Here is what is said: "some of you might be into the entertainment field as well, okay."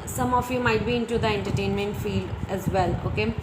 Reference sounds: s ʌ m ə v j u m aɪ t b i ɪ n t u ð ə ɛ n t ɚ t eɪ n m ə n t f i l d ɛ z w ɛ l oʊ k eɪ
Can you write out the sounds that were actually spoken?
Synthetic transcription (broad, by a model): s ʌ m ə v j u m aɪ t b i ɪ n t u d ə ɛ n t ɚ t eɪ n m ə n t f i l d ɛ z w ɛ l oʊ k eɪ